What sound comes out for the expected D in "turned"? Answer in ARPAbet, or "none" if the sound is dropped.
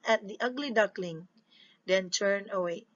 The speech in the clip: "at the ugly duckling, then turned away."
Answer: none